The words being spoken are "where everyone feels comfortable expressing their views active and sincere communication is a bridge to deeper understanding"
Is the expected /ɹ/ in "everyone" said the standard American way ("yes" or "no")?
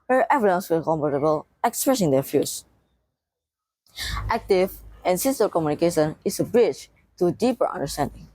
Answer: no